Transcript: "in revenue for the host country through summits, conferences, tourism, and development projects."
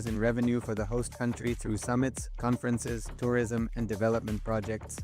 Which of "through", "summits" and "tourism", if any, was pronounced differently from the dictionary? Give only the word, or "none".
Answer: none